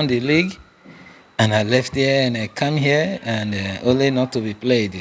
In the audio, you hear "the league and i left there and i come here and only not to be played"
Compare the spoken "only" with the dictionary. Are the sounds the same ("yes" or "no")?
yes